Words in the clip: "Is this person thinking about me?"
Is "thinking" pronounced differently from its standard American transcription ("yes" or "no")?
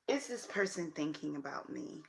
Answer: no